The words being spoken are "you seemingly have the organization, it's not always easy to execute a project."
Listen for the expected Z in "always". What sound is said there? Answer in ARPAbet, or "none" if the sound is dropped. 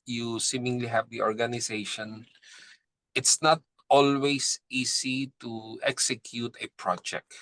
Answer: S